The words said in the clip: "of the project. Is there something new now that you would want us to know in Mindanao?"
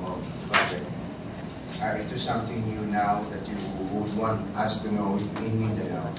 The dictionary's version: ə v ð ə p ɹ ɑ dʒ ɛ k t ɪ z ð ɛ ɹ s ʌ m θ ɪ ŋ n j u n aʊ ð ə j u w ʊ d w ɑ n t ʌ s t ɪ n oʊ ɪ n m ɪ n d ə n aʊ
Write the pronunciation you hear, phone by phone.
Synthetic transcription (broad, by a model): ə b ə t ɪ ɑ ɛ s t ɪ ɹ s ʌ m θ ɪ ŋ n j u n aʊ ð ə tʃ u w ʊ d w ɑ n t ʌ s t ɪ n oʊ ɪ n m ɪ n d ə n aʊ